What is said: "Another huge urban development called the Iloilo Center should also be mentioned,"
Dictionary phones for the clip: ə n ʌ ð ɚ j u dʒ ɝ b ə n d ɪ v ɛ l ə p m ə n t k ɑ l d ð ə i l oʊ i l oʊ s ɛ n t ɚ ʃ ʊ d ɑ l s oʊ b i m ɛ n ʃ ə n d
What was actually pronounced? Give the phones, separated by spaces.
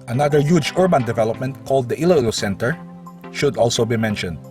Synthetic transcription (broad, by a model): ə n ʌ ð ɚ j u dʒ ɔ b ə n d ɪ v ɛ l ə p m ə n t k ɑ l d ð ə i l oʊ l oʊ s ɛ n t ɚ ʃ ʊ d ɑ l s oʊ b i m ɛ n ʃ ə n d